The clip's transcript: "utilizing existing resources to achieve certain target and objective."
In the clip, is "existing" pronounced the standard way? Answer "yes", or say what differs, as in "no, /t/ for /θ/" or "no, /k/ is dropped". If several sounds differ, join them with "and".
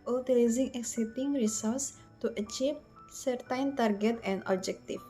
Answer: no, /s/ is dropped